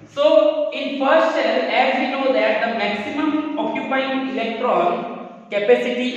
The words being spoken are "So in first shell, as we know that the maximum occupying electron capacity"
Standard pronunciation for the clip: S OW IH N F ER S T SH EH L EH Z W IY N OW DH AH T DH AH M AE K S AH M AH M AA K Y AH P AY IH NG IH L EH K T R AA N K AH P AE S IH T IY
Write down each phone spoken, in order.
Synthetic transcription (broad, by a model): S OW IH N F ER S T S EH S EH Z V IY N OW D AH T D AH M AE K S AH M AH M AA K Y AH P AY IH NG IH L EH K T R AA N K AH P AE S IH T IY